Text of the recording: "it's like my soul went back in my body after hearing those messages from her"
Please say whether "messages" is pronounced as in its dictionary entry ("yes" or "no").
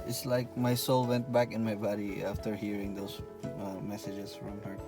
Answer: no